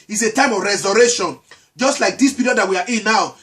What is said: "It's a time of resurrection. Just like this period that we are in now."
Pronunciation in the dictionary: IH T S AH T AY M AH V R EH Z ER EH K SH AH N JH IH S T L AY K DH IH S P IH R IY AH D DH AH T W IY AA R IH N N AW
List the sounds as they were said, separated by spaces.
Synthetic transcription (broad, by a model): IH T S AH T AY M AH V R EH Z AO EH SH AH N JH IH S T L AY K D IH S P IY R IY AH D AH T W IY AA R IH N N AW